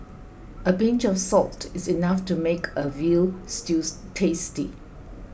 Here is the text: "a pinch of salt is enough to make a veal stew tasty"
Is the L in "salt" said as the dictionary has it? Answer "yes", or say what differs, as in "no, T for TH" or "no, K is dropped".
yes